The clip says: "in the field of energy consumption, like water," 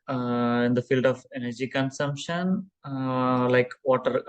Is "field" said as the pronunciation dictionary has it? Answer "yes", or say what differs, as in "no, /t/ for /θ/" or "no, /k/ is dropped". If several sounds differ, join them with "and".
yes